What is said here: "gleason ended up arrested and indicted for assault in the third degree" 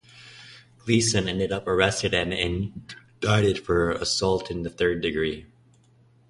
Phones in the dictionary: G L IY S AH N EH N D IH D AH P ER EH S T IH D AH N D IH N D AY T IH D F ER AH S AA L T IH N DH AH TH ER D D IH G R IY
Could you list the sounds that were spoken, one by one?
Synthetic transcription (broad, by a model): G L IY S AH N EH N D IH D AH P ER EH S T IH D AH N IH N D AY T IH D F ER AH S AA L T IH N DH AH TH ER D D IH G R IY